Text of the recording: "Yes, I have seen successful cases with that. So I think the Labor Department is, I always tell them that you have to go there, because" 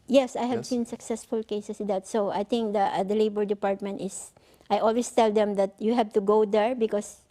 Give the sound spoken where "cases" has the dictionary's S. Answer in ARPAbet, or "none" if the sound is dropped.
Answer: none